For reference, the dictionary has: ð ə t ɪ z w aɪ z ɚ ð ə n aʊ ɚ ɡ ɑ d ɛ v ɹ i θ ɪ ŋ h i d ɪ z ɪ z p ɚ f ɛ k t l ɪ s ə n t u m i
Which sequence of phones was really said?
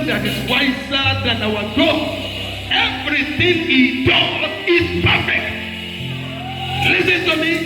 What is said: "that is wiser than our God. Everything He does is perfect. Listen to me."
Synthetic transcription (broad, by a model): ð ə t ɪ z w aɪ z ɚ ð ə n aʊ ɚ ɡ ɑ ɛ v ɹ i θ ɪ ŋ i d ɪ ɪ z p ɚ f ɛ k t l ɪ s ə n t u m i